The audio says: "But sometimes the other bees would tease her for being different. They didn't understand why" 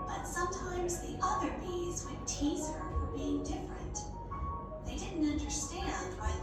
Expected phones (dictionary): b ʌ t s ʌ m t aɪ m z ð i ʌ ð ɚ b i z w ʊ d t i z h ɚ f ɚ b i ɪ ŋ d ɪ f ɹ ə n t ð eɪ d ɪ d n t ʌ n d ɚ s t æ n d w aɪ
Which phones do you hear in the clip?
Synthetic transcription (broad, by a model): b ʌ t s ʌ m t aɪ m z ð i ʌ ð ɚ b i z w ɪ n t i z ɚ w ɚ b i ɪ ŋ d ɪ f ɹ ə n t ð eɪ d ɪ d n t ʌ n d ɚ s t æ n d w aɪ